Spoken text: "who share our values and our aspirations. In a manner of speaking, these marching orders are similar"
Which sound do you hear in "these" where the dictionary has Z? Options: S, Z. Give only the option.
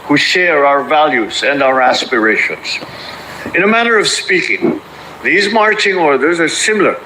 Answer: Z